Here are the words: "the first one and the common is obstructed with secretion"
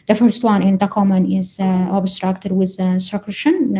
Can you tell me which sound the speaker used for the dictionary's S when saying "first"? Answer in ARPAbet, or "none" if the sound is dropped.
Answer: S